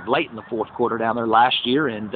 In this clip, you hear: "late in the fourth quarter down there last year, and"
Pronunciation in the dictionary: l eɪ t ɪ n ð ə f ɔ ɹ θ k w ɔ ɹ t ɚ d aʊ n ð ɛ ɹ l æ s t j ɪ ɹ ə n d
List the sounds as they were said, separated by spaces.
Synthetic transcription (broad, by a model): l eɪ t n ð ə f ɔ ɹ θ k w ɔ ɹ t ɚ d aʊ n ð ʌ ɹ l æ s t j ɪ ɹ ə n